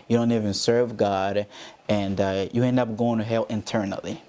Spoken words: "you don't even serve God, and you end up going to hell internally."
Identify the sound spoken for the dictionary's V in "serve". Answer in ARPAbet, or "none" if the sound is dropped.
V